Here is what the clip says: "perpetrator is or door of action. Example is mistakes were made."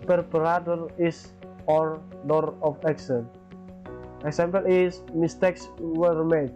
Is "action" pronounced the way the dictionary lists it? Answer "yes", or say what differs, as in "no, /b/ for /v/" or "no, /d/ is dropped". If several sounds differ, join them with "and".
no, /s/ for /ʃ/